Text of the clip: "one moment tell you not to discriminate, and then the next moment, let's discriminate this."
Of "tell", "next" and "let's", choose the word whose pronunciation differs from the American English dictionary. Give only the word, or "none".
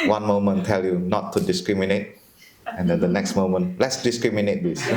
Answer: none